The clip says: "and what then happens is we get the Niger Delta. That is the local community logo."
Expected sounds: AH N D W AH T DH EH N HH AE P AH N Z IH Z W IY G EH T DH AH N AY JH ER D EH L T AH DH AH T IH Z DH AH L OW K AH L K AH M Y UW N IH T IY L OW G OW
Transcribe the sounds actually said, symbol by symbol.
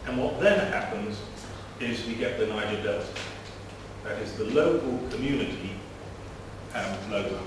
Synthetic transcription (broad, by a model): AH N W AH T DH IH N HH AE P AH N Z IH Z W IY G EH T DH AH N AY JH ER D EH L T DH AH T IH Z DH AH L OW K AH L K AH M Y UW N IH T IY L OW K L